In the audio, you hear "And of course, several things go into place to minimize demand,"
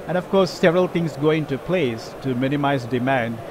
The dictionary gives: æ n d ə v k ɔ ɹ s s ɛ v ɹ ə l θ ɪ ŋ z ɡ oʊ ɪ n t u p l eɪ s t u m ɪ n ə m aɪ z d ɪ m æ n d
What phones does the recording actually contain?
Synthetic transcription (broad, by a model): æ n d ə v k ɔ ɹ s s ɛ v ɹ ə l t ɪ ŋ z ɡ oʊ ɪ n t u p l eɪ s t u m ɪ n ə m aɪ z d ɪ m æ n d